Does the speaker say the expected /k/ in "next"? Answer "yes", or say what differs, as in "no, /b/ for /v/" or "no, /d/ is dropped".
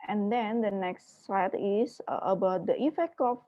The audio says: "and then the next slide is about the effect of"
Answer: yes